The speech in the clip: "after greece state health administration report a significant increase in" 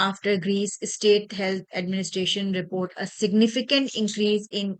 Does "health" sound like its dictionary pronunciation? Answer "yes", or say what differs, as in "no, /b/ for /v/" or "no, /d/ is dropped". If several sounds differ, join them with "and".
no, /t/ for /θ/